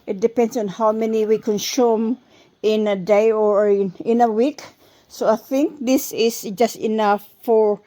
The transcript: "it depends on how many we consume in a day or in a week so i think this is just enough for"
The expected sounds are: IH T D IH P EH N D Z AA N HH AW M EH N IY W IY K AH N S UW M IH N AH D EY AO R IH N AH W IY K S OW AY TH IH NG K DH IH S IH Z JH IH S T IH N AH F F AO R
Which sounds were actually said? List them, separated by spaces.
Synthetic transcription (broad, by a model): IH T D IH P EH N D S AA N HH AW M EH N IY W IY K AH N S UW M IH N AH D EY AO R IH N AH W IY K S OW AY TH IH NG K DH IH S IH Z JH IH S T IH N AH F F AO R